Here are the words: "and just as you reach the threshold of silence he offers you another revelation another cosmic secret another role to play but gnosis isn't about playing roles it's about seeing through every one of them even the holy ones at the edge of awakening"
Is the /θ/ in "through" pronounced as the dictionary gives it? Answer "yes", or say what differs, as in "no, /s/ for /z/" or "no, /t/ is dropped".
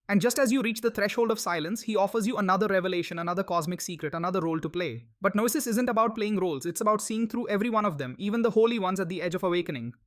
no, /t/ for /θ/